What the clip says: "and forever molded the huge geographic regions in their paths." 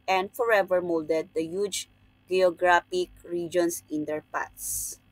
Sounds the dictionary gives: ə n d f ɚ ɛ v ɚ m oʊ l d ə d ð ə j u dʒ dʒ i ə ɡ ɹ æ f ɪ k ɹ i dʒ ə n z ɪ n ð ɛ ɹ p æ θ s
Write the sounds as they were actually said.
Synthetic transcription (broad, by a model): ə n d f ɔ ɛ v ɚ m oʊ l d ə d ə j u dʒ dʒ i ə ɡ ɹ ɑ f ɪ k ɹ i dʒ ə n s ɪ n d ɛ ɹ p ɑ s